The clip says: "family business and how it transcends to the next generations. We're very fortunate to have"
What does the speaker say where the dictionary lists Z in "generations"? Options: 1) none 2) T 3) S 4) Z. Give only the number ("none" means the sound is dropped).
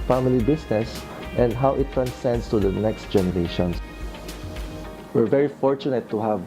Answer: 3